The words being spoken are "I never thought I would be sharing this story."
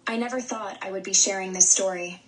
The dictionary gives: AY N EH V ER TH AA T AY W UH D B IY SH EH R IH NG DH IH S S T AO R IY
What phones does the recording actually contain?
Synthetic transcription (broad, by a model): AY N EH V ER TH AA T AY W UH D B IY SH EH R IH NG DH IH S S T AO R IY